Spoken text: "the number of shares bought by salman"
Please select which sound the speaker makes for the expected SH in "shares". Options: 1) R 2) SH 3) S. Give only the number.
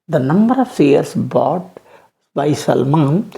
3